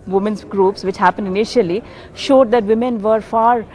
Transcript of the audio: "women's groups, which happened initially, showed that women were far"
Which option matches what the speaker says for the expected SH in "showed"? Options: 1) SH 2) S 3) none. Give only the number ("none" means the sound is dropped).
1